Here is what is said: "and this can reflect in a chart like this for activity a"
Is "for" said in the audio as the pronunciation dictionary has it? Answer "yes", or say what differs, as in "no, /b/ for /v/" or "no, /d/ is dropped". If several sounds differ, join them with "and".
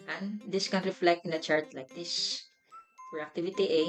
no, /p/ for /f/